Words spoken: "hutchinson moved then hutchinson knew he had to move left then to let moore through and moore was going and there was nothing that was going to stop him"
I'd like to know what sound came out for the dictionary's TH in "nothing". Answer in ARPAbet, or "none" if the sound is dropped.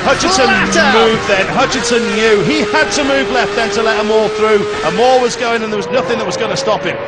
TH